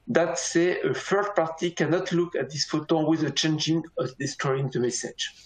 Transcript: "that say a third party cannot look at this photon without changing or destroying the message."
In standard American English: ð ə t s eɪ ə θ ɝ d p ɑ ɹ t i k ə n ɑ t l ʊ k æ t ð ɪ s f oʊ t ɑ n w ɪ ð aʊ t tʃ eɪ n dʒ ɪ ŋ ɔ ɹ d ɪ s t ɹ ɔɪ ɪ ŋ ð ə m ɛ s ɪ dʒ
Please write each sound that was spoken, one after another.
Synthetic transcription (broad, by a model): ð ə t s eɪ ə f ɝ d p ɑ ɹ t i k ə n ɑ t l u k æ t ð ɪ s f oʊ t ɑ w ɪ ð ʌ tʃ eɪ n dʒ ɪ ŋ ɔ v d ɪ s t ɹ ɔɪ ɪ ŋ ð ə m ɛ s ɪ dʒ